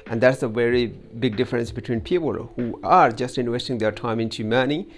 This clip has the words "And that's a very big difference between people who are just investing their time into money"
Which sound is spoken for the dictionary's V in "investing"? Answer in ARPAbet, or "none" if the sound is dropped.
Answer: W